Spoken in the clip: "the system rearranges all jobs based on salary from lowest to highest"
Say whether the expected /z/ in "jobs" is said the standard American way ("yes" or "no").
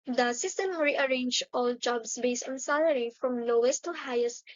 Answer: no